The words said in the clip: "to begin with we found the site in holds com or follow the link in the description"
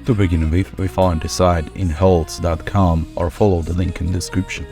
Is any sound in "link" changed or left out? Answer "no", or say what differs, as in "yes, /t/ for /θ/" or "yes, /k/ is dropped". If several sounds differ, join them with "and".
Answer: no